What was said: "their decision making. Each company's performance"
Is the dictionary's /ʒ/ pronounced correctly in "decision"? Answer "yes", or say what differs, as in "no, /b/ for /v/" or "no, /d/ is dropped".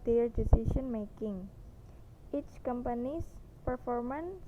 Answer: no, /ʃ/ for /ʒ/